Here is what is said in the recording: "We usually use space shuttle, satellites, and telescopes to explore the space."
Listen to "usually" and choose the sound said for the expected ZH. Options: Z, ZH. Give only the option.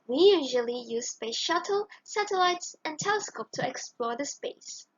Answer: ZH